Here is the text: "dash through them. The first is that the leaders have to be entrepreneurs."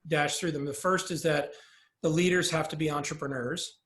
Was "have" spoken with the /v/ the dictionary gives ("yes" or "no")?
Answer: no